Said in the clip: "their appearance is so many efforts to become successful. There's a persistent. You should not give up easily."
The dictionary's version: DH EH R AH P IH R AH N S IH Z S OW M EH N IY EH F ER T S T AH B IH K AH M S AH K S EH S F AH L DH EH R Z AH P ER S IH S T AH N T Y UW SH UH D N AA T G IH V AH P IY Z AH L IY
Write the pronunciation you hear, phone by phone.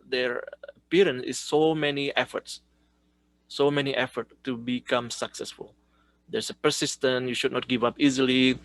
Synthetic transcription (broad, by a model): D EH R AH P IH R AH N S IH S OW M EH N IY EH F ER T S T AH B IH K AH M S AH K S EH S F AH L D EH R S AH P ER S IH S T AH N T Y UW SH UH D N AA T G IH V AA P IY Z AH L IY